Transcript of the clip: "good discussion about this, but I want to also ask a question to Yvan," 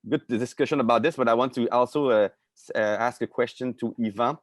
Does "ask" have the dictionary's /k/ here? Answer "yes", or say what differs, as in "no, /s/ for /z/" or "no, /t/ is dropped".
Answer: yes